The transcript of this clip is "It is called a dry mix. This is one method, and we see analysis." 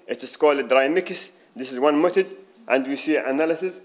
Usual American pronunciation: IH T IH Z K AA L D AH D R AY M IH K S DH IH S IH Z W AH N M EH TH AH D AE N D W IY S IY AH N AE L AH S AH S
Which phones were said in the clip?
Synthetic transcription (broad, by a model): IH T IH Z K AA L D AH D R AY M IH K S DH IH S IH Z W AH N M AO T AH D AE N D W IY S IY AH N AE L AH S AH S